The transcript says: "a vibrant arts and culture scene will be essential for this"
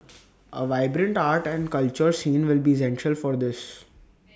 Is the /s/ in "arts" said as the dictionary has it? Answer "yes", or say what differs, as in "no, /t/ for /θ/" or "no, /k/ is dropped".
no, /s/ is dropped